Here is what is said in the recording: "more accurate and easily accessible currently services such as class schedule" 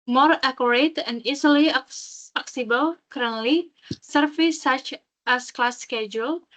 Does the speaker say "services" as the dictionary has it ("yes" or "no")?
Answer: no